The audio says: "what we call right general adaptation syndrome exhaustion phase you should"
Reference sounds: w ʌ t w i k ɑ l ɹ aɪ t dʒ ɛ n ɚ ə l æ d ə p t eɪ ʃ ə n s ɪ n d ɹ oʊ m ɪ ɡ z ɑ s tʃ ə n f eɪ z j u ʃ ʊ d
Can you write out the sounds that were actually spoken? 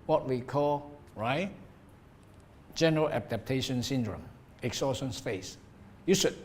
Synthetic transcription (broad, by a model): w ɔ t w i k ɑ l ɹ aɪ t dʒ ɛ n ɚ ə l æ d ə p t eɪ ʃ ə n s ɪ n d ɹ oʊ m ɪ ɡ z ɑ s ʃ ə n p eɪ s j u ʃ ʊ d